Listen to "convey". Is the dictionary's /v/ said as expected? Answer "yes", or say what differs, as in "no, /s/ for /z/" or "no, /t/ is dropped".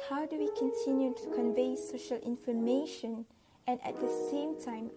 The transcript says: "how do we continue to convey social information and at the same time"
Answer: yes